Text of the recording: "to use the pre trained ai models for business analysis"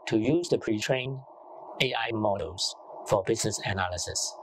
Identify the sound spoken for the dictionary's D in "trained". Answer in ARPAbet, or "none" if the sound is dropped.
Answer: none